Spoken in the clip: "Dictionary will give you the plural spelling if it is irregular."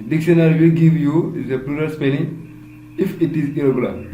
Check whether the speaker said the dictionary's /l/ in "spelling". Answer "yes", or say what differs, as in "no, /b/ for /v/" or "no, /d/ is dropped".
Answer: no, /n/ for /l/